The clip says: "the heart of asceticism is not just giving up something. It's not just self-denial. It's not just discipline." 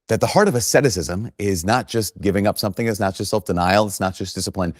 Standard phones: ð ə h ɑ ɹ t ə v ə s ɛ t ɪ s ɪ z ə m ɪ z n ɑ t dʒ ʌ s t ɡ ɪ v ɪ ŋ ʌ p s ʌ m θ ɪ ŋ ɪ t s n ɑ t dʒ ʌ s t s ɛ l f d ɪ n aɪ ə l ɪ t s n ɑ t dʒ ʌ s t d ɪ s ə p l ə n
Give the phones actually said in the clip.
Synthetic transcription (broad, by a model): ð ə h ɑ ɹ t ə v ə s ɛ t ɪ s ɪ z ə m ɪ z n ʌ t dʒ ʌ s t ɡ ɪ v ɪ ŋ ʌ p s ʌ m θ ɪ ŋ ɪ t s n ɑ t dʒ ʌ s t s ɛ l f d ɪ n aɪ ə l ɪ t s n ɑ t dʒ ʌ s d ɪ s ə p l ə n